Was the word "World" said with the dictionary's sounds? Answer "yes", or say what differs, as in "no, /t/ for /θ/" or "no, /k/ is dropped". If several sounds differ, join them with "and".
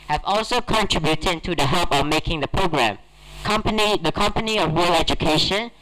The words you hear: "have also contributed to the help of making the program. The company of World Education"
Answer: no, /d/ is dropped